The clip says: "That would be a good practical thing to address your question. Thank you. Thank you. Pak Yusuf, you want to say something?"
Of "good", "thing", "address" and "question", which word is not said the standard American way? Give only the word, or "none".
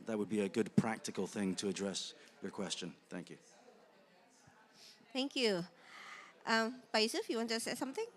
none